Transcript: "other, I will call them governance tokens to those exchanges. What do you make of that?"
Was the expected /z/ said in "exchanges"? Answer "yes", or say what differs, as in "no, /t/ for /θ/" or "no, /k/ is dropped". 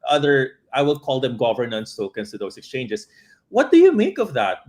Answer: no, /s/ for /z/